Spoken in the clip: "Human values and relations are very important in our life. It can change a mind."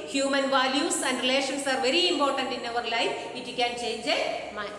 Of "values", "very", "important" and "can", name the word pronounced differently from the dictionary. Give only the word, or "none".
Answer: values